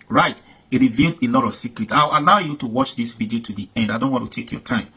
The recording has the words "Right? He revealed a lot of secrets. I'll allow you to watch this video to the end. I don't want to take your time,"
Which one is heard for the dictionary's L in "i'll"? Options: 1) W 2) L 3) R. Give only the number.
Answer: 1